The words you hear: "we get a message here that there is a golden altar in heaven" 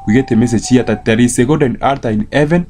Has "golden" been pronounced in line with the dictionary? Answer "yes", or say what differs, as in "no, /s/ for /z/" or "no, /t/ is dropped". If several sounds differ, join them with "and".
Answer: no, /l/ is dropped